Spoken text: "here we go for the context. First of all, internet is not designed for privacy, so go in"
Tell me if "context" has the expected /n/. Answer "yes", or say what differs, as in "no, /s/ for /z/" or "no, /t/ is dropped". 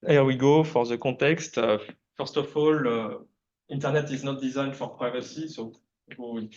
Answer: no, /n/ is dropped